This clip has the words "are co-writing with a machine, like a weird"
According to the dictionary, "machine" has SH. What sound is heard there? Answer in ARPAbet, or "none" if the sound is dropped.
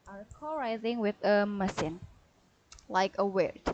S